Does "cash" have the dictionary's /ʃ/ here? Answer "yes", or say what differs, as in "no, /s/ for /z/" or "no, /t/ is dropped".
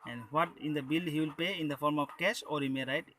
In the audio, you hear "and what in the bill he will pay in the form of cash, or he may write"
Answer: no, /s/ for /ʃ/